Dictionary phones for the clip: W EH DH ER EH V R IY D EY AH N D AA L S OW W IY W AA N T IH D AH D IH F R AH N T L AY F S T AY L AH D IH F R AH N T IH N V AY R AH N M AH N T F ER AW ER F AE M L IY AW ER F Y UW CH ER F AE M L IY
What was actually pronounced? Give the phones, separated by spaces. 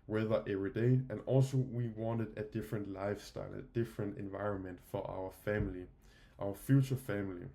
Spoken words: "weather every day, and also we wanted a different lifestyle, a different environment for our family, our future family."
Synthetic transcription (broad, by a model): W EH DH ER EH V R IY D EY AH N AA L S OW W IY W AA N T IH D AH D IH F R AH N T L AY F S T AY L AH D IH F R AH N T IH N V AY R AH N M AH N T F ER AW ER F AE M L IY AW ER F Y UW CH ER F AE M L IY